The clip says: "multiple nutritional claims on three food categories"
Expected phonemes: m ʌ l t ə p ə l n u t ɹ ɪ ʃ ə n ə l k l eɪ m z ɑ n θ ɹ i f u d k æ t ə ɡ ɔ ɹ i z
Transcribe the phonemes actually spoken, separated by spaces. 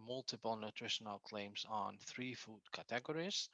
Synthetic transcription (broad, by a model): m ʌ l t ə p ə l n u t ɹ ɪ ʃ ə n ə l k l eɪ m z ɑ n θ ɹ i f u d k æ t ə ɡ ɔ ɹ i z